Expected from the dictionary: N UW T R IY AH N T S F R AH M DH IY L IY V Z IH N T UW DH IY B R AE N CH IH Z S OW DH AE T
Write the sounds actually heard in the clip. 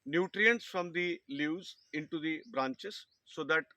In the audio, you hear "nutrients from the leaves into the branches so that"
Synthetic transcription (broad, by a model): N UW T R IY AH N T S F R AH M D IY L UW Z IH N T UW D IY B R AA N CH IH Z S OW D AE T